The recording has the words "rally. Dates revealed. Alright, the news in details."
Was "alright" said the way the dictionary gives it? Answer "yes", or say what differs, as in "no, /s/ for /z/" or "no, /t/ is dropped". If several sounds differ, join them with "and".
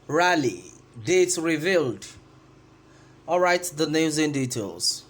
yes